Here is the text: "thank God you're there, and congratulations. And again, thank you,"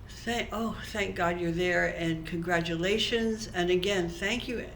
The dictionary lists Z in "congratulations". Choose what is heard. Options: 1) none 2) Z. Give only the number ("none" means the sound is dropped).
2